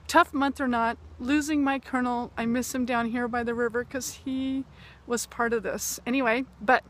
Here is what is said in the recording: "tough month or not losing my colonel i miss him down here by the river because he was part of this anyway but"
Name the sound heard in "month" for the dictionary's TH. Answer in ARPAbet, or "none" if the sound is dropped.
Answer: TH